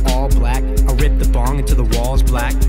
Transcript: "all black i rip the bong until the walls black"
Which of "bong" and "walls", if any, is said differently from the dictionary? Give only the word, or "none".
none